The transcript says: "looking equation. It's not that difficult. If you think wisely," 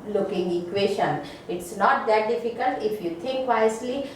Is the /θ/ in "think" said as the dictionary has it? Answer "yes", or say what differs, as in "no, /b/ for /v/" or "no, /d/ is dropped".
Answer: no, /t/ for /θ/